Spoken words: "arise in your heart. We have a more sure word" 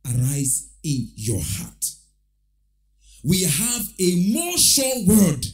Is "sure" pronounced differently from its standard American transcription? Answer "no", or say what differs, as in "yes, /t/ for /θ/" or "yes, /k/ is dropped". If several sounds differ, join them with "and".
yes, /l/ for /ɹ/